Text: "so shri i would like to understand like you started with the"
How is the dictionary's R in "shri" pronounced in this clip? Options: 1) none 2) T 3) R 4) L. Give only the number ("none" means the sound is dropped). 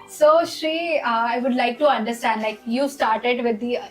3